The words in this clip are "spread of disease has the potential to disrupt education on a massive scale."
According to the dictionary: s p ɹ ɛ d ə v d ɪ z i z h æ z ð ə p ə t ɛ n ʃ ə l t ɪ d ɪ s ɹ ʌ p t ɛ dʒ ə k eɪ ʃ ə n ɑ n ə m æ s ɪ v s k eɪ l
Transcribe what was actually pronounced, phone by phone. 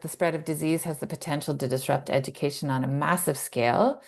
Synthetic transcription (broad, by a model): s p ɹ ɛ d ə v d ɪ z i z h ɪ z ð ə p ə t ɛ n ʃ l t ɪ d ɪ s ɹ ʌ p t ɛ dʒ ə k eɪ ʃ ə n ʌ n ə m æ s ɪ v s k eɪ l